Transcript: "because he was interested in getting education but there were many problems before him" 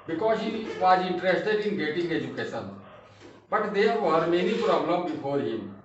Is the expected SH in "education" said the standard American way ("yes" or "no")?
no